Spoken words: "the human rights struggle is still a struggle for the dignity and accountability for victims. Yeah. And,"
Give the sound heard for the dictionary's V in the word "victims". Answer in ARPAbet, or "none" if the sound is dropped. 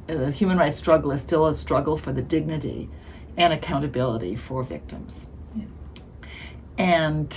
V